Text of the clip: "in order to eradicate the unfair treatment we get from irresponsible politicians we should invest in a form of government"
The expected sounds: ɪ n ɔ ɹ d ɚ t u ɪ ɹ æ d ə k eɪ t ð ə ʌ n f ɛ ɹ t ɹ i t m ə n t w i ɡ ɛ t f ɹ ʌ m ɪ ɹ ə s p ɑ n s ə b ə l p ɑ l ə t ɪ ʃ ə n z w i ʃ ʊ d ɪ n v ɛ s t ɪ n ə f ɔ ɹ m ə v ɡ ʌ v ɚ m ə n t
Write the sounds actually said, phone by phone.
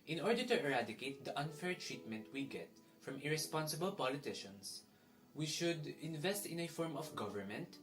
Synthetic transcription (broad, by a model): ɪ n ɔ ɹ d ɚ t u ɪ ɹ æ d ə k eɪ t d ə ʌ n f ɛ ɹ t ɹ i t m ə n t w i ɡ ɛ t f ɹ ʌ m ɪ ɹ ə s p ɑ n s ə b ə l p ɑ l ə t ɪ ʃ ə n s w i ʃ ʊ d ɪ n v ɛ s t ɪ n ə f ɔ ɹ m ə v ɡ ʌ v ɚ m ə n t